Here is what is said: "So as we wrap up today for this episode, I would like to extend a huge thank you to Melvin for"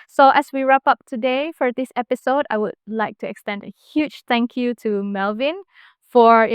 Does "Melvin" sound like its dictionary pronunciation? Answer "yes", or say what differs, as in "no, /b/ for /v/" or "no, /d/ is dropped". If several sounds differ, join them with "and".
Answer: yes